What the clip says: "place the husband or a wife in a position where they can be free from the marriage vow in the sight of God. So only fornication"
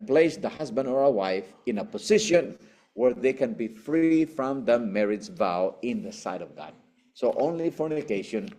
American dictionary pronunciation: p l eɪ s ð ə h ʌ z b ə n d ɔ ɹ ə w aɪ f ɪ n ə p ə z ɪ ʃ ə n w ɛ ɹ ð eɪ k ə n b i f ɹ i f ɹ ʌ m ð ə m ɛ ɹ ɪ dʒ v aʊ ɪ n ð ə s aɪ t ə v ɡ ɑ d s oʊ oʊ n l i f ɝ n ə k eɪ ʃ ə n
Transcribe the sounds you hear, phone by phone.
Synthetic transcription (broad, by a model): p l eɪ s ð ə h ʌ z b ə n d ɔ ɹ ə w aɪ f ɪ n ə p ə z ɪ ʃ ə n w ɛ ɹ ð eɪ k ə n b i f ɹ i f ɹ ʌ m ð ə m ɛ ɹ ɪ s v aʊ ɪ n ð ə s aɪ t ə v ɡ ɑ d s oʊ oʊ n l i f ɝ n k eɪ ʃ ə n